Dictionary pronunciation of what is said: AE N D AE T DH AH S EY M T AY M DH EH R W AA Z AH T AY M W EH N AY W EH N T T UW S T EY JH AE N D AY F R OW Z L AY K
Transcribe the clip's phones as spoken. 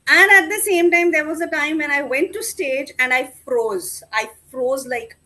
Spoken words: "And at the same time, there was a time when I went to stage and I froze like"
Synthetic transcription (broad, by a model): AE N D AE T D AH S EY M T AY M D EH R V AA Z AH T AY M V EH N AY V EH N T T UW S T EY JH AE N D AY F R OW Z L AY K